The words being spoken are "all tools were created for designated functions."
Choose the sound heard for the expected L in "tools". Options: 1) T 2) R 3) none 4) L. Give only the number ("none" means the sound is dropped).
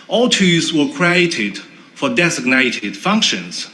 3